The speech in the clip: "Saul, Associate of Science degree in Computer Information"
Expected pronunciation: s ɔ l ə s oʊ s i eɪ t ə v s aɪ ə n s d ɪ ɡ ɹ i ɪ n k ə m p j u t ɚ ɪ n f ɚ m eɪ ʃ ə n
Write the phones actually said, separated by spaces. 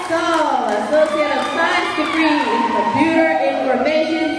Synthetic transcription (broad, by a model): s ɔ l ə s oʊ s i eɪ t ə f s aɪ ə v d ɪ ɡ ɹ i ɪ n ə p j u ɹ ɪ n f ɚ m eɪ ʃ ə n